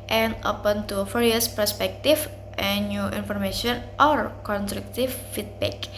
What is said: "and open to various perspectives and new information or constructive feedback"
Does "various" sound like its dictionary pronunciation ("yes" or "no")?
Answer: no